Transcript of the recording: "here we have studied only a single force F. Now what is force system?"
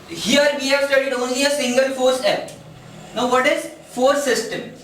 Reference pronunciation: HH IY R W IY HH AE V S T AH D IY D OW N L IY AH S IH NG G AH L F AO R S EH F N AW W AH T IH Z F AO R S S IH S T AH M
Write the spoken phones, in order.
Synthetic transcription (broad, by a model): HH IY R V IY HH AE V S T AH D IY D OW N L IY AH S IH NG G AH L F AO R S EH P N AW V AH T IH Z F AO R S S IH S T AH M